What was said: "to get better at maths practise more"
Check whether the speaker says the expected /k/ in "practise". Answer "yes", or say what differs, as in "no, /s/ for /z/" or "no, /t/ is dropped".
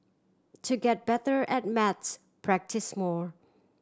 yes